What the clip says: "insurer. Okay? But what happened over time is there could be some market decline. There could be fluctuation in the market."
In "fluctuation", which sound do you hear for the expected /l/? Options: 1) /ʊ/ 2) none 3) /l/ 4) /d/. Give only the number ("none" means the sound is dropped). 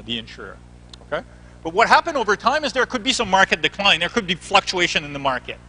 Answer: 3